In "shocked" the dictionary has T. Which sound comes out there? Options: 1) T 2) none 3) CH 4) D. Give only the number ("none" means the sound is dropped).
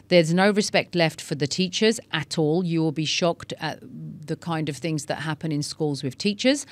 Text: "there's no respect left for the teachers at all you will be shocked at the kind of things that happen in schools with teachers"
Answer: 1